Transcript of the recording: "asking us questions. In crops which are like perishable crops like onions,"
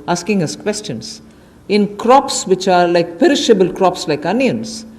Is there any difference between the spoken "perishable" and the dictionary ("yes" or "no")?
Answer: no